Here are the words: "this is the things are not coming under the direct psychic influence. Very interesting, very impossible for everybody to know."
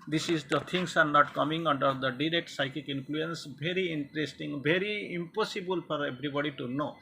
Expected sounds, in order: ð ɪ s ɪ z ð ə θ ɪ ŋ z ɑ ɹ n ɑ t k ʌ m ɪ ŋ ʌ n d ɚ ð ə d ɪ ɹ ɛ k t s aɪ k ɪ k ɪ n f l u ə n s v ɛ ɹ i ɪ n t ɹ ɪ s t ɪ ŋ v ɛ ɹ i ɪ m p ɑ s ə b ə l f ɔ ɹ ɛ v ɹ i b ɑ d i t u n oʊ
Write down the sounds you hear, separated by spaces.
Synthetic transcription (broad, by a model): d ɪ s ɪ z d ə t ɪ ŋ s ɑ ɹ n ɑ t k ʌ m ɪ ŋ ʌ n d ɚ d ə d ɪ ɹ ɛ k t s aɪ k ɪ k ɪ n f l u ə n s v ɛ ɹ i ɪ n t ɹ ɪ s t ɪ ŋ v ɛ ɹ i ɪ m p ɑ s ə b ə l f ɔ ɹ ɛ b ɹ i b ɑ d i t u n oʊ